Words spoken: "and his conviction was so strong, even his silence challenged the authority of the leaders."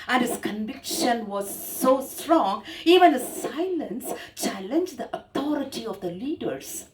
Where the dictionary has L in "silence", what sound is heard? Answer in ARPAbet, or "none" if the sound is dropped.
L